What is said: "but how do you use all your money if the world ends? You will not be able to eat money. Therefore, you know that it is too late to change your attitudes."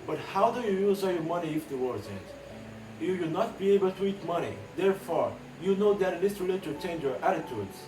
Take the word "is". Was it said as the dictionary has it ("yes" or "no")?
no